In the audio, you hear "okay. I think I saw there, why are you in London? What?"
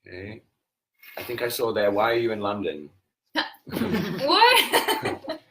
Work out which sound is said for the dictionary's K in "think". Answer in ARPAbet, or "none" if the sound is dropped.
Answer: K